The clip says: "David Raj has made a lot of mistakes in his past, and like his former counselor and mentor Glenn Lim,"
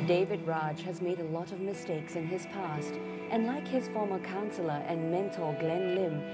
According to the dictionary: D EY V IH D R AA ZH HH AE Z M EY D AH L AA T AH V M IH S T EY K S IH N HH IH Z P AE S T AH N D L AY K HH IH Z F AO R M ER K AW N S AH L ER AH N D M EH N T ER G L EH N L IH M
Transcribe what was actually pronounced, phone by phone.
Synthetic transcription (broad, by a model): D EY V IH D R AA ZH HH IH Z M EY D AH L AA T AH V M IH S T EY K S IH N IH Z P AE S T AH N L AY K HH IH Z F AO R M ER K AW N S L ER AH N M EH N T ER G L EH N L IH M